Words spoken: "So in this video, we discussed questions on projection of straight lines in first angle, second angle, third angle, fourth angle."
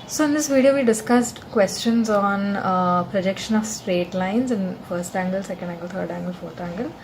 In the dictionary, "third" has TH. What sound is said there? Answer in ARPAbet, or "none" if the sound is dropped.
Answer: T